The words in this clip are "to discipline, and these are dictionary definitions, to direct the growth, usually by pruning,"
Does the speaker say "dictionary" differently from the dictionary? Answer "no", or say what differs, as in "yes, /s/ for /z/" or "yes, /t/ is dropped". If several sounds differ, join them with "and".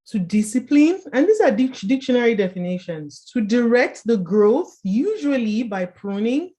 no